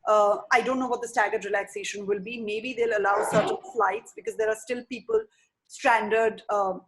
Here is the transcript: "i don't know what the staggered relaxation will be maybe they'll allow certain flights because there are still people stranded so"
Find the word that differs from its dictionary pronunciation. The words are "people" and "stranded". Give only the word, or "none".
none